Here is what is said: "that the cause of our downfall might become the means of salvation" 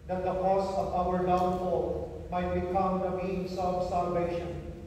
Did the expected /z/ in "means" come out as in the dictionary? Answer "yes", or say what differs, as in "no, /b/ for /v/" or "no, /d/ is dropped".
no, /s/ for /z/